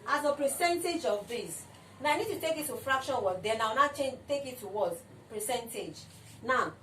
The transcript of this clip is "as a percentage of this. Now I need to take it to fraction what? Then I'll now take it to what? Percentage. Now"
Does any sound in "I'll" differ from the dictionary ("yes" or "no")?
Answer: yes